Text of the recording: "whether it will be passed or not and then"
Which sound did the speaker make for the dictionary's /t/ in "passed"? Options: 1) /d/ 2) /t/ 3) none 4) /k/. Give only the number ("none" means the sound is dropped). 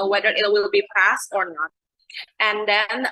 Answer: 2